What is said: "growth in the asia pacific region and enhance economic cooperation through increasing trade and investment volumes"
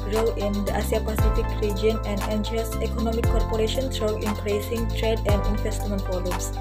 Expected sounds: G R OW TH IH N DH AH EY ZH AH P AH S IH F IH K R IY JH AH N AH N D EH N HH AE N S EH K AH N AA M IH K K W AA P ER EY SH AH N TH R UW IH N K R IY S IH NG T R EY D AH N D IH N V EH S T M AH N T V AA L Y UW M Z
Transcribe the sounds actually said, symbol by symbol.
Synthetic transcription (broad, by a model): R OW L IH N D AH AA S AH P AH S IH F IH K R IY JH AH N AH N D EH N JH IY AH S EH K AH N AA M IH K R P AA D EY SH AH N T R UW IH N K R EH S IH NG T R EY D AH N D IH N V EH S T M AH N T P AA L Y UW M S